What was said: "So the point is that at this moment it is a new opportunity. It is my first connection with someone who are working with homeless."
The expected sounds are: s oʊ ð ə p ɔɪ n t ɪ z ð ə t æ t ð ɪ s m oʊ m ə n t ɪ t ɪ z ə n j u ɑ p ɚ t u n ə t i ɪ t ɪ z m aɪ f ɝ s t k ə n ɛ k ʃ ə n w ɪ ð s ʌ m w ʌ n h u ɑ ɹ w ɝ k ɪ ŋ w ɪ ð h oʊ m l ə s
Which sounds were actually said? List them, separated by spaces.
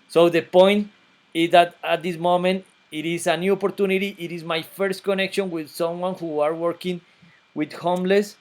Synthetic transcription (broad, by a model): s oʊ ð ə p ɔɪ n t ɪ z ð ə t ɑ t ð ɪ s m oʊ m ə n t ɪ t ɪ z ə n j u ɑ p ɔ t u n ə t i ɪ t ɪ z m aɪ f ɝ s t k ə n ɛ k ʃ ə n w ɪ ð s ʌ m w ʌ n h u ɑ ɹ w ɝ k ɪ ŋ w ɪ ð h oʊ m l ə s